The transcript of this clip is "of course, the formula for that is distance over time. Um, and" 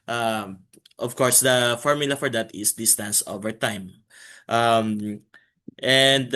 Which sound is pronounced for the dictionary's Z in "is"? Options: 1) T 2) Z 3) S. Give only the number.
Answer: 3